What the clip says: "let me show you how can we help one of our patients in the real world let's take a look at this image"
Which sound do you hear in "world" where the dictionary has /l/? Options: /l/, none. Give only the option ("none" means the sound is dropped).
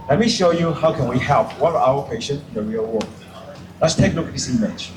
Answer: none